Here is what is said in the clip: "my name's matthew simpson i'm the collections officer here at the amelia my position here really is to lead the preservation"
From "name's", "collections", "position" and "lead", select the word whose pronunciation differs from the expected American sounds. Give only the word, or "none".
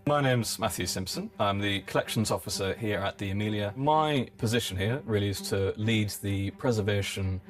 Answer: none